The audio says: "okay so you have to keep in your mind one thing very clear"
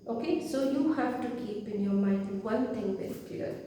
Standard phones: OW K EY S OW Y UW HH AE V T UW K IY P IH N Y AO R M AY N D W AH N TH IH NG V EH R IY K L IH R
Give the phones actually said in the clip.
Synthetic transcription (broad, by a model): OW K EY S OW Y UW HH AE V T UW K IY P IH N Y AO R M AY N D W AH N T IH NG B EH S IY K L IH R